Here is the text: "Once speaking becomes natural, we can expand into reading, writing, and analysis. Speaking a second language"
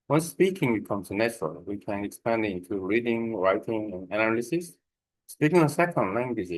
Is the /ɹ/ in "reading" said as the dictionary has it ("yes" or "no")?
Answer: yes